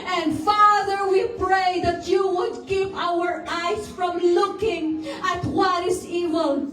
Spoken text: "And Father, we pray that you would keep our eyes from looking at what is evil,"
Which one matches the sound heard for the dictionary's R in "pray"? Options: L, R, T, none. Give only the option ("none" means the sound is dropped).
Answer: R